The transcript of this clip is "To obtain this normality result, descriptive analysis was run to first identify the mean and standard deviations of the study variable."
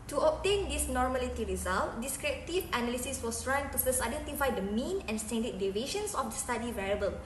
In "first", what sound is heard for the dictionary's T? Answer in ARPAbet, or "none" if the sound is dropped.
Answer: none